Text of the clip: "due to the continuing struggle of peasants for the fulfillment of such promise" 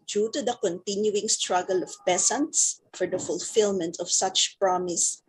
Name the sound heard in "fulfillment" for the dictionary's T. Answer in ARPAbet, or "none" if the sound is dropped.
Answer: T